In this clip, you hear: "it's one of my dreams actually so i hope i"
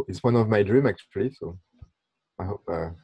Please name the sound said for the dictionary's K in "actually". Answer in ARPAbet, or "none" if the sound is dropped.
K